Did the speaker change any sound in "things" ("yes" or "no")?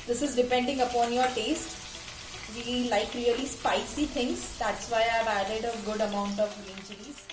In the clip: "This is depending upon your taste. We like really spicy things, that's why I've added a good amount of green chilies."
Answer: yes